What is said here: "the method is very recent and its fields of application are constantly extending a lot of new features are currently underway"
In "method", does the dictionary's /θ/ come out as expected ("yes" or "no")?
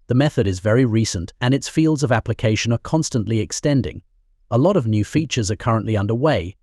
yes